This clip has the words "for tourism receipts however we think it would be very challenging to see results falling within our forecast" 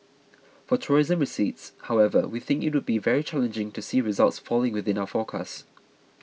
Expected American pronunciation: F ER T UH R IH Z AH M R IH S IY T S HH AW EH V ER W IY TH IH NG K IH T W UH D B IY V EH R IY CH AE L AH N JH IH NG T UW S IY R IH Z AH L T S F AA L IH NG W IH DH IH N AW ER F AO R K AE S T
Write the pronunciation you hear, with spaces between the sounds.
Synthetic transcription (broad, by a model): F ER T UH R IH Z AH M R IH S IY T S HH AW EH V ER W IY TH IH NG K IH T W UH D B IY V EH R IY CH AE L AH N JH IH NG T UW S IY R IH Z AH L T S F AA L IH NG W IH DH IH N AW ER F AO K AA S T